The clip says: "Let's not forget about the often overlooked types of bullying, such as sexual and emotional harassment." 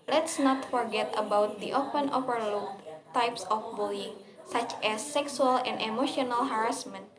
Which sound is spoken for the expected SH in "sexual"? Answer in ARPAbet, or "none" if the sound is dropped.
S